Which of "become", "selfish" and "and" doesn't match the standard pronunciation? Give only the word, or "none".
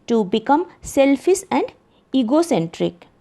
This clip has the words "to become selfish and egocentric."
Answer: selfish